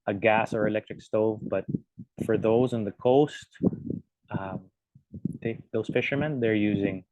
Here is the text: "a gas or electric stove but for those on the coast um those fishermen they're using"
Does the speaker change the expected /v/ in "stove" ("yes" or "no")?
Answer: no